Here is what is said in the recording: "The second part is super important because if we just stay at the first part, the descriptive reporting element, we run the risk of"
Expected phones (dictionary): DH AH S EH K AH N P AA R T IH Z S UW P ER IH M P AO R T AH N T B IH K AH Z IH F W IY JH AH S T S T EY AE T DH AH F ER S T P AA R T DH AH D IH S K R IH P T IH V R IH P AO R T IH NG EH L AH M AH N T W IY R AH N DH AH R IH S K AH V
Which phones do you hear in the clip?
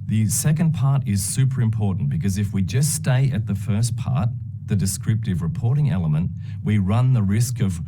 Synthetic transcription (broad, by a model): DH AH S EH K AH N P AA R T IH Z S UW P ER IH M P AO R T N B IH K AH Z IH F W IY JH AH S T S T EY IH T DH AH F ER S P AA R T DH AH D IH S K R IH P T IH V R IH P AO R T IH NG EH L AH M AH N T W IY R AH N DH AH R IH S K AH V